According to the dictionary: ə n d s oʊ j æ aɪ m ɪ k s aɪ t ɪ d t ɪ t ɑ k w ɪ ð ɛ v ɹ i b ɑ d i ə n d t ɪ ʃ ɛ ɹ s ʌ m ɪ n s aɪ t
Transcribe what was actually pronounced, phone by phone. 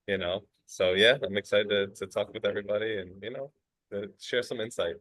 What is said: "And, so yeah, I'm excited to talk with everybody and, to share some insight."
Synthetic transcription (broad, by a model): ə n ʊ s oʊ j æ aɪ m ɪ k s aɪ t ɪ d t ɪ t ɑ k w ɪ ð ɛ v ɹ i b ɑ d i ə n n t ɪ ʃ ɛ ɹ s ʌ m ɪ n s aɪ t